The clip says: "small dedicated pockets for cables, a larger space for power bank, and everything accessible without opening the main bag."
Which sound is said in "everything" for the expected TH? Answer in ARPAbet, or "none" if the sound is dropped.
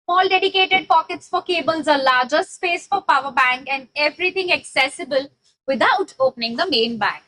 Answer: T